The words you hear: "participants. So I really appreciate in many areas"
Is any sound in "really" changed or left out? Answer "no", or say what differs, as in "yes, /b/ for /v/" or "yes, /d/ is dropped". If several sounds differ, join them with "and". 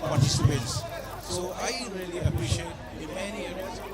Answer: no